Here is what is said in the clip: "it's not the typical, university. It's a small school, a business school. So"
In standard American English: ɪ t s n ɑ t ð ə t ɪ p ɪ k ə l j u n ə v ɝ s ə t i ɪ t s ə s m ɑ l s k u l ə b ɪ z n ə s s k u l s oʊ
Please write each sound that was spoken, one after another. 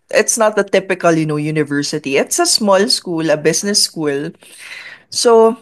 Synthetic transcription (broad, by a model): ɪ t s n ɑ t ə t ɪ p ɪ k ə l j u n ə v ɝ s ə t i ɪ t s ə s m ɑ l s k u l ə b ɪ s n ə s s k u l s oʊ